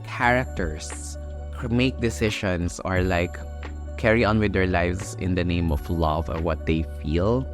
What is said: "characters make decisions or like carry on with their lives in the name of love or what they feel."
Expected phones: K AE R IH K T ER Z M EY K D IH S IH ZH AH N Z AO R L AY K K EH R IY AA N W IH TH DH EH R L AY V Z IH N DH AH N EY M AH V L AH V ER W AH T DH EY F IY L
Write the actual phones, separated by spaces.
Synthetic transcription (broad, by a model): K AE R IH K T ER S M EY K D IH S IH SH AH N S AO R L AY K K EH R IY AA N W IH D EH R L AY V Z IH N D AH N EY M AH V L AH V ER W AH T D EY F IY L